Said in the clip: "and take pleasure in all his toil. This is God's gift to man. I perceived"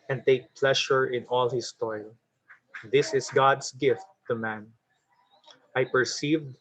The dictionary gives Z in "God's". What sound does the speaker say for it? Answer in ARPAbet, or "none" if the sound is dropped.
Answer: S